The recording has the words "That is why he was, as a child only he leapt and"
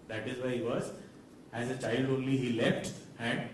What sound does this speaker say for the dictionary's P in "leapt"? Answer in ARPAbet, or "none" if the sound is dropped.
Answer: F